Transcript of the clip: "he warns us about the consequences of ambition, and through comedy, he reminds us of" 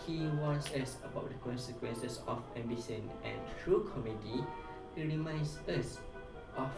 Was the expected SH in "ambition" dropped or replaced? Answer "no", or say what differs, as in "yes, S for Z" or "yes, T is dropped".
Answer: yes, S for SH